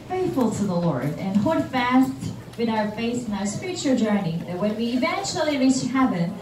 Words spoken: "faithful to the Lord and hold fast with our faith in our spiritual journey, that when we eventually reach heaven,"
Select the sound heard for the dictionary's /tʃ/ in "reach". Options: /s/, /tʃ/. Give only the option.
/s/